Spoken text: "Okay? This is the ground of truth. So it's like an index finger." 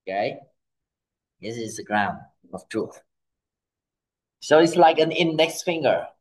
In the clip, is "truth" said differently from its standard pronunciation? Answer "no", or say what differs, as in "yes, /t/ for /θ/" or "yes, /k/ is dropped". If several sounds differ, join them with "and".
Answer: no